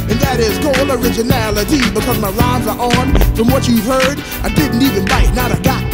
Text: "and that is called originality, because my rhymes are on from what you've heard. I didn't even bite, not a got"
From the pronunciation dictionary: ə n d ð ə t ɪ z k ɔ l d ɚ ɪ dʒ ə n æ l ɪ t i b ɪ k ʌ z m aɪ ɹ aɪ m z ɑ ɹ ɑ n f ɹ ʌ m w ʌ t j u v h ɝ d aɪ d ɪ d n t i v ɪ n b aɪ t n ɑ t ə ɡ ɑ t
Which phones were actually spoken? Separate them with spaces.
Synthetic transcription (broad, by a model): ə n ð ə t ɪ z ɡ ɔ l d ɚ ɪ dʒ ə n æ l ɪ t i b ɪ k ʌ z m aɪ l aɪ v z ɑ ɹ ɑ n f ɹ ʌ m w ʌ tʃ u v h ɝ d aɪ d ɪ d n t i v ɪ n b aɪ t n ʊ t ə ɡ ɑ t